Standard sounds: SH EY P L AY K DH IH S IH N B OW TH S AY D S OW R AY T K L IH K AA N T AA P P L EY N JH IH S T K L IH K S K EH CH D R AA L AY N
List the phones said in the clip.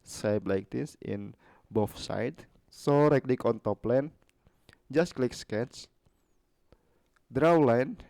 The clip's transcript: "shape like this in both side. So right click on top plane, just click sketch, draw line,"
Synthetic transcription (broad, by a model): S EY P L AY K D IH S IH N B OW F S AY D S OW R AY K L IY K AA N T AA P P L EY N JH IH S T K L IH K S K EH CH D R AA L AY N